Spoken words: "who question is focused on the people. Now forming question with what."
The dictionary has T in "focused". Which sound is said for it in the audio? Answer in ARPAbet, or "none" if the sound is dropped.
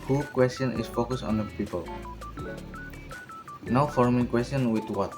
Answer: none